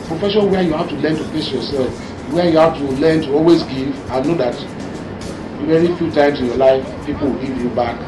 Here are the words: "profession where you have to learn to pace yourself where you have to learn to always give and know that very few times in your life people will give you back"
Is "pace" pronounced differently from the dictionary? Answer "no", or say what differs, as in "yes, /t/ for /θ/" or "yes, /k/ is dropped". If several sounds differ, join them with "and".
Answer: yes, /f/ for /p/